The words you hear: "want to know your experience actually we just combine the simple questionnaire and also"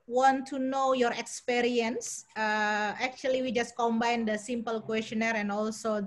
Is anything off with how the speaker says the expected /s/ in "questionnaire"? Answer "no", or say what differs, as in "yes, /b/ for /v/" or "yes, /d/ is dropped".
no